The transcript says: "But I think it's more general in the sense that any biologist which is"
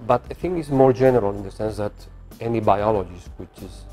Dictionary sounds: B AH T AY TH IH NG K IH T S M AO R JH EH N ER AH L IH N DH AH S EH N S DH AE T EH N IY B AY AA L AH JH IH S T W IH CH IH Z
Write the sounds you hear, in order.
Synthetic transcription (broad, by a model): B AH T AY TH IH NG IH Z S M AO R JH EH N ER AH L IH N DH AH S EH N S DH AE T EH N IY B AY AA L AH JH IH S W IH CH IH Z